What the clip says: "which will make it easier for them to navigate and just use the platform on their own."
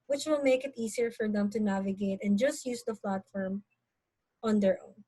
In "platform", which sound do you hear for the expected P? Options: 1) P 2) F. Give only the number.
2